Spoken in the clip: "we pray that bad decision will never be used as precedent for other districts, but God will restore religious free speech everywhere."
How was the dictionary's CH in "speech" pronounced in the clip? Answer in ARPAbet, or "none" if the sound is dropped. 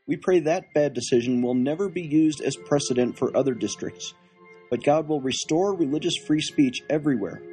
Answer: CH